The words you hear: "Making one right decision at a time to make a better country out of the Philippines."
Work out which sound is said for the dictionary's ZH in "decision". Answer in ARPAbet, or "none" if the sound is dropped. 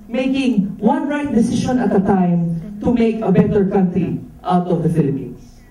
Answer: SH